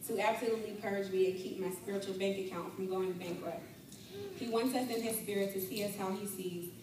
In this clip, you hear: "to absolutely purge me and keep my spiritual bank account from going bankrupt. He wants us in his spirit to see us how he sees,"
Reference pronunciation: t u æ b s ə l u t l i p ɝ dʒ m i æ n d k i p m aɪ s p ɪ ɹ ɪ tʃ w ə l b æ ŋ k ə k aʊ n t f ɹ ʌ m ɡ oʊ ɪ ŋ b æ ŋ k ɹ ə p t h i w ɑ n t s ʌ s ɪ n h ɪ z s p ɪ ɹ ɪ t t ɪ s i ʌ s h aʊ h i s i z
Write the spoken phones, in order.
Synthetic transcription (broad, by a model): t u æ b s ə l u t l i p ɝ dʒ m i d k i p m aɪ s p ɪ ɹ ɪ tʃ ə l b æ ŋ k ə k aʊ n t f ɹ ʌ m ɡ oʊ ɪ ŋ b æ ŋ k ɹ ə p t h i w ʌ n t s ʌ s ɪ n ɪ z s p ɪ ɹ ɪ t t ɪ s i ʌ s h aʊ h i s i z